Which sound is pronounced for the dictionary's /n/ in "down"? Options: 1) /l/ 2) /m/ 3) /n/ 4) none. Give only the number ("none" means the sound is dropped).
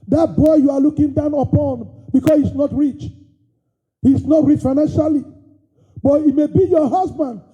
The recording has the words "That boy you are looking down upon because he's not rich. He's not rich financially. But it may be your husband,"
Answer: 3